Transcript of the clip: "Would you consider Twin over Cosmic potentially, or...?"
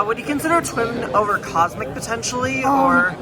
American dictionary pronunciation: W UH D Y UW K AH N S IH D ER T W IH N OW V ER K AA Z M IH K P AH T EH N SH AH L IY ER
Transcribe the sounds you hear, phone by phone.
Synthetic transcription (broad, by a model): W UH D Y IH K AH N S IH D ER T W IH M OW V ER K AA Z M IH K P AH T EH N SH L IY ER